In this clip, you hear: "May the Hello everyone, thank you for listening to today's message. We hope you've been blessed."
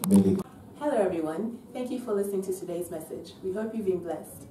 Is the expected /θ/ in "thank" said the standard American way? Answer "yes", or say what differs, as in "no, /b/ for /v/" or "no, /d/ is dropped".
yes